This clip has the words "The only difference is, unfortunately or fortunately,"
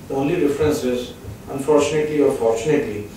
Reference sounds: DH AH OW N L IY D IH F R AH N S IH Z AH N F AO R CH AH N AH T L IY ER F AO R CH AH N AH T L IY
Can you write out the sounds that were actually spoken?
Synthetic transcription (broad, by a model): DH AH OW N L IY D IH F R AH N S IH Z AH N F AO R CH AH N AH T L IY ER F AO R CH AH N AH T L IY